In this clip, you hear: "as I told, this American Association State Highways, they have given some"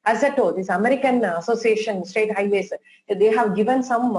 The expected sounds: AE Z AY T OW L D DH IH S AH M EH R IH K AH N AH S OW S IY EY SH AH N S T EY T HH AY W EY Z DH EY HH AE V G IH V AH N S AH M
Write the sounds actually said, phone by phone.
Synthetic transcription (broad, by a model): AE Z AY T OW D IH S AH M EH R IH K AH N AH S OW S IY EY SH AH N S T EY T HH AY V EY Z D EY HH AE V G IH V AH N S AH M